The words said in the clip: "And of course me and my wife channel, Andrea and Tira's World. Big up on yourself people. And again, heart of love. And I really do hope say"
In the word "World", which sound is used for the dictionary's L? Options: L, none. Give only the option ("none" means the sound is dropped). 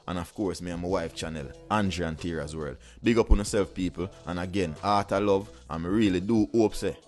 L